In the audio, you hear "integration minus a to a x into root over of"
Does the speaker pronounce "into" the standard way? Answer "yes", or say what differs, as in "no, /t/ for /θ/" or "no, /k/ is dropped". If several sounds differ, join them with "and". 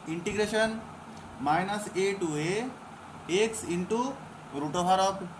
yes